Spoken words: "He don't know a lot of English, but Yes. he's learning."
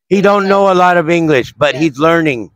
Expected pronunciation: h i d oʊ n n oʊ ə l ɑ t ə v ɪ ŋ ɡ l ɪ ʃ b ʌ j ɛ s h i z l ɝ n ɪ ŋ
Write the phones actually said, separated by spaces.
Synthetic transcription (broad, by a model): h i d oʊ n n oʊ ə l ɑ t ə v ɪ ŋ ɡ l ɪ ʃ b ʌ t h i z l ɝ n ɪ ŋ